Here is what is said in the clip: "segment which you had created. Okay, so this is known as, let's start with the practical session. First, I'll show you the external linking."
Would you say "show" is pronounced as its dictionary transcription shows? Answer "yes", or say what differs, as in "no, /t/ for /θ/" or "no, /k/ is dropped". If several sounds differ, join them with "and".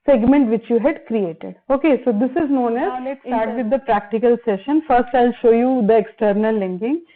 yes